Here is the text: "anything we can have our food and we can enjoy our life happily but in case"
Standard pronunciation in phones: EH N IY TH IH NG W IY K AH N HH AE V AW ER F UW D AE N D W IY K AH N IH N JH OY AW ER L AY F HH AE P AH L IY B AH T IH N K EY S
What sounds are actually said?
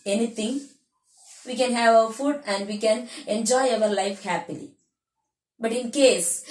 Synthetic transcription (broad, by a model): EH N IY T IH NG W IY K AH N HH AE V AW ER F UW D AE N D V IY K AH N IH N JH OY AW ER L AY F HH AE P AH L IY B AH T IH N K EY S